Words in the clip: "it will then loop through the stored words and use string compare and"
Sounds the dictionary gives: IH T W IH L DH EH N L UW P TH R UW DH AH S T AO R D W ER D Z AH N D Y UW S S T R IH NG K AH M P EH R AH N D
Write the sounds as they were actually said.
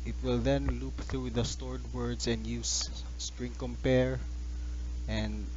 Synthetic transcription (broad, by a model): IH T W IH L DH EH N L UW P TH R UW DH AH S T AO R D W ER D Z AH N D Y UW S S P R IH NG K AH M P EH R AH N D